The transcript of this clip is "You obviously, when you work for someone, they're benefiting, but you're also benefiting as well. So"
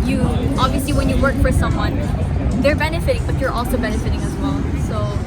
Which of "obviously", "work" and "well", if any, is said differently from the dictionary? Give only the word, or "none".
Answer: none